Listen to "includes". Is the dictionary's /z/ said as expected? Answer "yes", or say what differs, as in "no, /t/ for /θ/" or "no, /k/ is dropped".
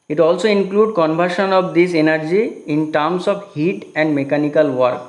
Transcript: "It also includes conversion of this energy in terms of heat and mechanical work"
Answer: no, /z/ is dropped